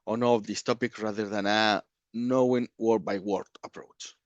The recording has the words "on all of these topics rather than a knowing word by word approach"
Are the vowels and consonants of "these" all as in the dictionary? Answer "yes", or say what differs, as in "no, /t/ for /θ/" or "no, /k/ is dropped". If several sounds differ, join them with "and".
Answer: no, /s/ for /z/